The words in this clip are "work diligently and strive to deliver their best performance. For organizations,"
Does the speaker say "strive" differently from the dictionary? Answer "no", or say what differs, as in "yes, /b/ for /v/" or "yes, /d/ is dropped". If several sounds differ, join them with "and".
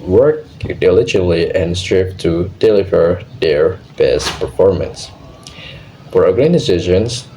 yes, /p/ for /v/